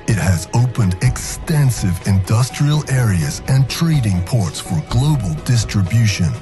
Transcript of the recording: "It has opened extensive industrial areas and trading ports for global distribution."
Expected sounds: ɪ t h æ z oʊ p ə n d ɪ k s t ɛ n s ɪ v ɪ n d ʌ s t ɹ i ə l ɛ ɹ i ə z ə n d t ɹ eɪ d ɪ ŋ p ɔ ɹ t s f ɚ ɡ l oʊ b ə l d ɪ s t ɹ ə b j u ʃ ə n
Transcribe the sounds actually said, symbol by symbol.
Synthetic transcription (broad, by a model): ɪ t h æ z oʊ p ə n d ɪ k s t ɛ n s ɪ v ɪ n d ʌ s t ɹ i ə l ɛ ɹ i ə z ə n t ɹ eɪ d ɪ ŋ p ɔ ɹ t s f ɚ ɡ l oʊ b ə l d ɪ s t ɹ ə b j u ʃ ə n